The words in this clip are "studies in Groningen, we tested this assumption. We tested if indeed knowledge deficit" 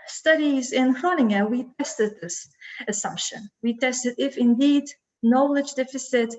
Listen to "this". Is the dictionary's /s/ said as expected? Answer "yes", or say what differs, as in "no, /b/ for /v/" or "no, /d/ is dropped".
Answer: yes